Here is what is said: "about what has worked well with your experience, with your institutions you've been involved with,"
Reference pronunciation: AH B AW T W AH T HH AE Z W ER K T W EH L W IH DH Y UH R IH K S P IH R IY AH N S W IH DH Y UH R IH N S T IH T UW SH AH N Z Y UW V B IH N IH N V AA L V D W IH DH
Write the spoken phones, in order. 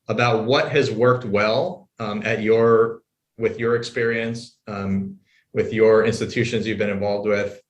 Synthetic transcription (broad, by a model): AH B AW T W AH T HH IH Z W ER K T W EH L W IH DH Y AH R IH K S P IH R IY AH N S W IH DH Y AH R IH N S T IH T UW SH AH N Z Y UW V B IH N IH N V AA L V D W IH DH